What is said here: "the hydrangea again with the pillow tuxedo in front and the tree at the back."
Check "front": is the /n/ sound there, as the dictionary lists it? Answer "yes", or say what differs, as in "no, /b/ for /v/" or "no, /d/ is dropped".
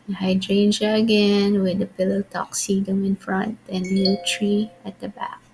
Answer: yes